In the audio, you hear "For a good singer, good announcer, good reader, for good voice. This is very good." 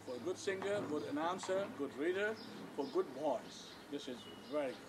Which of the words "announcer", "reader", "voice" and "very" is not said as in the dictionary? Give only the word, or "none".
voice